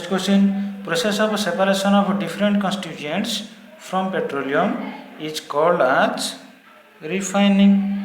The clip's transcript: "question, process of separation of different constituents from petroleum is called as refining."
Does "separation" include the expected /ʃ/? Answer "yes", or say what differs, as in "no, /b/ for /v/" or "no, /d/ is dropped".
no, /s/ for /ʃ/